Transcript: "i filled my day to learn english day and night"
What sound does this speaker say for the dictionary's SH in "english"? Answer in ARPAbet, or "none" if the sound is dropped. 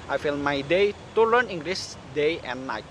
S